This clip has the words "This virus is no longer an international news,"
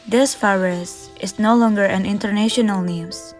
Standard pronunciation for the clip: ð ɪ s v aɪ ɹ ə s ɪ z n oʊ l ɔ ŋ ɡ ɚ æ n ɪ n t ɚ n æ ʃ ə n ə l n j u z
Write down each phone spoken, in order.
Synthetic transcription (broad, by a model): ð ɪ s f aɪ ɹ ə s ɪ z n oʊ l ɔ ŋ ɡ ɚ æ n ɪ n t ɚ n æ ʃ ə n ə l n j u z